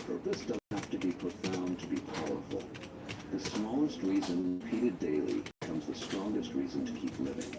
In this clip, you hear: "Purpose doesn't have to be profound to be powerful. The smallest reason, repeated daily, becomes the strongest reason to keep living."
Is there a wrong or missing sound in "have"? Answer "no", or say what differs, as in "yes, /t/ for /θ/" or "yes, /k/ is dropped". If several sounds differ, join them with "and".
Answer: yes, /f/ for /v/